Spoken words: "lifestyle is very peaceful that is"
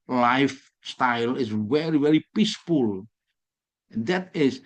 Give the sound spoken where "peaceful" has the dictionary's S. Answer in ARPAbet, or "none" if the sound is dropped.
S